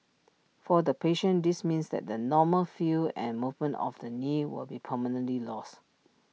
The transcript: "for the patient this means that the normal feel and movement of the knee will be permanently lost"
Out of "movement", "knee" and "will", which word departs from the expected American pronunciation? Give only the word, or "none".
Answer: none